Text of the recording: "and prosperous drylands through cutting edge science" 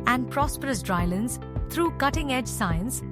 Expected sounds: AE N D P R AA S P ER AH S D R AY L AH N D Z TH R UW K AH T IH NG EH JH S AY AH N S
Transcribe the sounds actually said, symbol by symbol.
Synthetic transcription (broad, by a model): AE N D P R AA S P ER AH S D R AY L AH N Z T R UW K AH T IH NG EH JH S AY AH N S